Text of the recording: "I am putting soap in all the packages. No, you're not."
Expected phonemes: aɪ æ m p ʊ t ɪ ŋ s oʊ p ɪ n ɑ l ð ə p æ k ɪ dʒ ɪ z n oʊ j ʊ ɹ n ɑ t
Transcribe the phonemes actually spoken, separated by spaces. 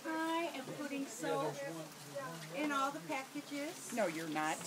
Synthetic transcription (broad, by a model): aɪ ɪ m p ʊ t ɪ ŋ s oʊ ɪ n ɑ l ð ə p æ k ɪ dʒ ɪ z n oʊ j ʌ ɹ n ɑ t